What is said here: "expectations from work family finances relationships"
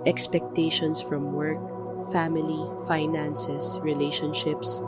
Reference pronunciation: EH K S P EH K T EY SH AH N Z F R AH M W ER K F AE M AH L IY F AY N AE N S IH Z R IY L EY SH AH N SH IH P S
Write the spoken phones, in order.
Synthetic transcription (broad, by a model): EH K S P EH K T EY SH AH N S F R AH M W ER K F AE M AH L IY F AY N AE N S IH S R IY L EY SH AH N SH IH P S